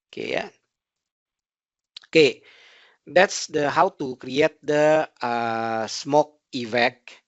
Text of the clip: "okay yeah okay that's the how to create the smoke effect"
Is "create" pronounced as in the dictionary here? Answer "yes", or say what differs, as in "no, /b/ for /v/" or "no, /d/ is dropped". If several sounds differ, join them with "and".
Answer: yes